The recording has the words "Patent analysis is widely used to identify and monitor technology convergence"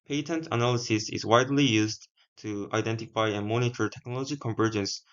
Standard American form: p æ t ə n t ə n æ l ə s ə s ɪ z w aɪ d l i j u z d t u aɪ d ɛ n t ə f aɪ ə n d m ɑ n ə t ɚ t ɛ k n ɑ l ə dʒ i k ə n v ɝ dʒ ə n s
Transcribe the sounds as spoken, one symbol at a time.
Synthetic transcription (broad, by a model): p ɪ t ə n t ə n æ l ə s ə s ɪ z w aɪ d l i j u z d t u aɪ d ɛ n t ə f aɪ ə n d m ɑ n ə t ɚ t ɛ k n ɑ l ə dʒ i k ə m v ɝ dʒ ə n s